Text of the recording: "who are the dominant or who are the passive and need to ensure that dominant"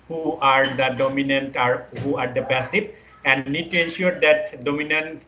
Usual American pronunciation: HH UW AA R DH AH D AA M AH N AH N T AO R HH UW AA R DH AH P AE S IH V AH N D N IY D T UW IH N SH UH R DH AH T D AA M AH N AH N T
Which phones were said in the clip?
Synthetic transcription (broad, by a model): HH UW AA R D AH D AA M AH N AH N T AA R HH UW AA R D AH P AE S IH P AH N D N IY D T UW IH N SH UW R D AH T D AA M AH N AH N T